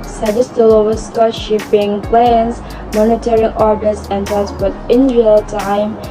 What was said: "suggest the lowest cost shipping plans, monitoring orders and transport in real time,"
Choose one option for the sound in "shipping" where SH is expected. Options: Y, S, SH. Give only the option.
SH